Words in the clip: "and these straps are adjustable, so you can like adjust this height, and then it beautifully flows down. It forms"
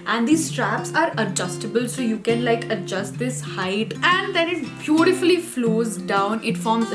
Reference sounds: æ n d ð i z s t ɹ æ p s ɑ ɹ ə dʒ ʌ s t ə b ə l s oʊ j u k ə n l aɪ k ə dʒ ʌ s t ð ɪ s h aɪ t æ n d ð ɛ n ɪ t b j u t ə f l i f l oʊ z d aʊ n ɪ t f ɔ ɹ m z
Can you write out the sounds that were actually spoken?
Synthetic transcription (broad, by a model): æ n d i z s t ɹ æ p s ɑ ɹ ə dʒ ʌ s t ə b ə l s oʊ j u k ə n l aɪ k ə dʒ ʌ s t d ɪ s h aɪ t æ n d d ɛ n ɪ t b j u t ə f l i f l oʊ z d aʊ n ɪ t f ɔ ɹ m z